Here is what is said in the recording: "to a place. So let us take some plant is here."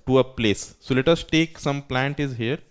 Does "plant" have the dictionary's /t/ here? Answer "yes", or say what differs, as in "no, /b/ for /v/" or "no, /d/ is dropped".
yes